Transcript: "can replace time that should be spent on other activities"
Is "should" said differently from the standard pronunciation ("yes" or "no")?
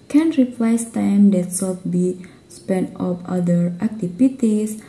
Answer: yes